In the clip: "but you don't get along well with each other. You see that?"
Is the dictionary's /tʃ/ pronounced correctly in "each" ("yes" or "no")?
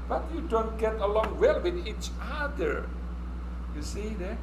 yes